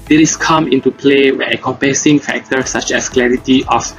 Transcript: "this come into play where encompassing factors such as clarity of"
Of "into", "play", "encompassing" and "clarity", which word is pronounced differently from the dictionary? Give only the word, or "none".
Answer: encompassing